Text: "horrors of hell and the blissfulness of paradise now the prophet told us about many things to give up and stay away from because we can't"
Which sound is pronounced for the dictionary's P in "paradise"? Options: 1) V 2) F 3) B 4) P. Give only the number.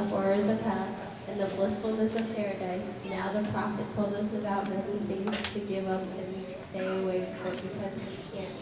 4